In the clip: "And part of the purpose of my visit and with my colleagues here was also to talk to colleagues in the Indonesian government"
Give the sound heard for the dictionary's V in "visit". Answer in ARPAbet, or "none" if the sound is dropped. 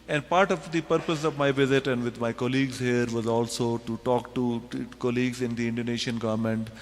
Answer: V